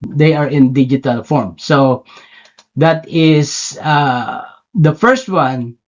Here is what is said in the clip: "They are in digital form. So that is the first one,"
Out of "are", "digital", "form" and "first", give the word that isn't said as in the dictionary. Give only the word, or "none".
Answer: none